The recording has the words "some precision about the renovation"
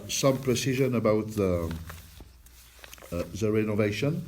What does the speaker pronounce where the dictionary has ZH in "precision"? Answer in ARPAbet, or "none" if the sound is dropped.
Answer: ZH